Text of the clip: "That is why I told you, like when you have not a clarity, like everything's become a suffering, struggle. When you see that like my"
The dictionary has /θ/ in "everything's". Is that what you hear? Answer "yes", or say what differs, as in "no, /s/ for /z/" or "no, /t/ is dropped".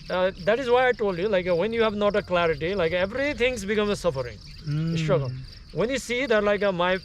no, /t/ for /θ/